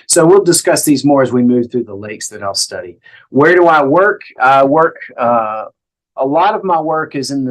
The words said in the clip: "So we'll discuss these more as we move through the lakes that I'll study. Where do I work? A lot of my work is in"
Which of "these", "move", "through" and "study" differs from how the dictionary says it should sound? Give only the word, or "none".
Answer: none